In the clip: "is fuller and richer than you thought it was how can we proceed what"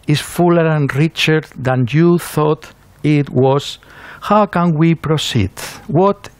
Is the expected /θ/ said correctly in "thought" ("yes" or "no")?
yes